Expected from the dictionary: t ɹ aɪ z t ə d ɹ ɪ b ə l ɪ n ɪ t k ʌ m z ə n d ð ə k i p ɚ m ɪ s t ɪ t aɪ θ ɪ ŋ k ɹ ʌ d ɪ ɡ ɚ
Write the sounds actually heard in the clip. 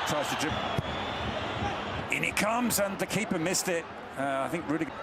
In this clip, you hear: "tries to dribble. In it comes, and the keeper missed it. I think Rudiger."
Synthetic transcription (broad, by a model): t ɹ aɪ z t ə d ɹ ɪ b ɪ n ɪ t k ʌ m z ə n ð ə k i p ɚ m ɪ s t ɪ t aɪ θ ɪ ŋ k ɹ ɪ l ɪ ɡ